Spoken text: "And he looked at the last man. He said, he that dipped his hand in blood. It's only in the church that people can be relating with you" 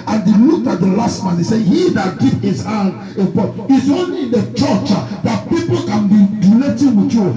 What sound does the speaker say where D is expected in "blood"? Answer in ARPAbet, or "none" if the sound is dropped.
none